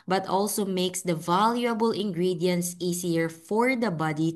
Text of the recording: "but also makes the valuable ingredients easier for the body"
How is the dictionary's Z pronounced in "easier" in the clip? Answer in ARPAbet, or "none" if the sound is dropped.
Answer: S